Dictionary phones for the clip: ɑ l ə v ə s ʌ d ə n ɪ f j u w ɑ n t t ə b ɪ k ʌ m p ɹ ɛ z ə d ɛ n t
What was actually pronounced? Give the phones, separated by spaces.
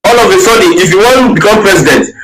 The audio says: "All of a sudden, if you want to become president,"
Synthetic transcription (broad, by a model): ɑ l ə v ə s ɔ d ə ɪ f j u w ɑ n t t b ɪ k ʌ m p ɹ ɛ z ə d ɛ n t